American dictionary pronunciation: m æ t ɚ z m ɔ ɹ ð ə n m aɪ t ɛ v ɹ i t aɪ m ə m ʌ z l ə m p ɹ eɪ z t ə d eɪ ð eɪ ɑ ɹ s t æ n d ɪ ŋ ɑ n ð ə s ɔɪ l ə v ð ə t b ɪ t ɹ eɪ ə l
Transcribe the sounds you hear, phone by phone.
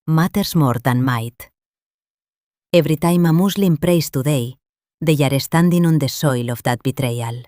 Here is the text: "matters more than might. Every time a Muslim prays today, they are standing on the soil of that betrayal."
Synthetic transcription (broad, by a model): m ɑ t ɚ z m ɔ ɹ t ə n m aɪ t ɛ b ɹ i t aɪ m ə m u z l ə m p ɹ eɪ s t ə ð eɪ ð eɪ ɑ ɹ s t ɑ n d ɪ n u n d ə s ɔɪ l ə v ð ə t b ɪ t ɹ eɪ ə l